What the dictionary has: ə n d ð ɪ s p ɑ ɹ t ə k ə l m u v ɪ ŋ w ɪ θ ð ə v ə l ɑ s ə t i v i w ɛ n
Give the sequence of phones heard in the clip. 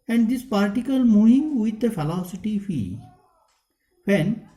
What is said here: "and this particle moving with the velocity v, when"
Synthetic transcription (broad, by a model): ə n d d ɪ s p ɑ ɹ t ə k ə l m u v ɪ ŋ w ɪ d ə f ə l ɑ s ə t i f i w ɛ n